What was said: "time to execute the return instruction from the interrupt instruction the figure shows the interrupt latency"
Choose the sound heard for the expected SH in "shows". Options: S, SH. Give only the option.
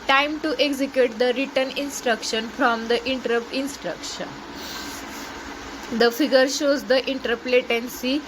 SH